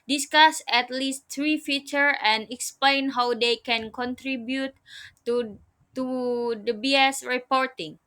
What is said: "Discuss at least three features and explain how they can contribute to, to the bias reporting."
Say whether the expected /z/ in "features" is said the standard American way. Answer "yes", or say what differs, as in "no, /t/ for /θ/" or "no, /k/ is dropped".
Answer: no, /z/ is dropped